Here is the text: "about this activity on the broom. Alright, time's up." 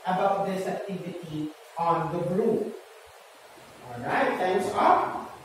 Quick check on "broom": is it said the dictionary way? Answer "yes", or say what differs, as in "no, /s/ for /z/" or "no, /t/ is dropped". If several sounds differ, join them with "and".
no, /m/ is dropped